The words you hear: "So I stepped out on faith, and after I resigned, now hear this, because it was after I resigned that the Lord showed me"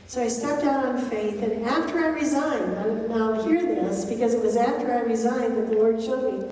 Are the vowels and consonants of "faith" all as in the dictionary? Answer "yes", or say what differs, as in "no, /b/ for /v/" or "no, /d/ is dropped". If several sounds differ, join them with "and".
yes